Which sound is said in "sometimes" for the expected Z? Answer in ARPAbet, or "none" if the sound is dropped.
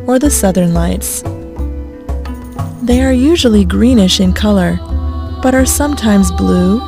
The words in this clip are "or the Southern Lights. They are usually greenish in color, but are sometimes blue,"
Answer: Z